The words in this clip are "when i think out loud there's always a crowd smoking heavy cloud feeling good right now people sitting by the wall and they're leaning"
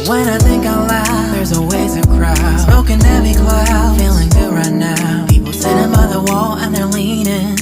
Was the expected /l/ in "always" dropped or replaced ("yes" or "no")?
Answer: yes